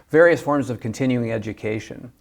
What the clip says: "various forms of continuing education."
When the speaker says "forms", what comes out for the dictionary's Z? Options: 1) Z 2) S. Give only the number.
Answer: 1